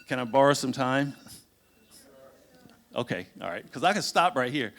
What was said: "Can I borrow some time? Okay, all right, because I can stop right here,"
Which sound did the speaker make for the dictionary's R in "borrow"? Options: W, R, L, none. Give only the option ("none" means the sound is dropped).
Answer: R